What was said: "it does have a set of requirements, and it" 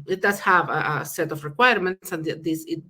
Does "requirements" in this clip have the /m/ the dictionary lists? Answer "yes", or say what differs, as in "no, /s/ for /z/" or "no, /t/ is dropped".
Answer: yes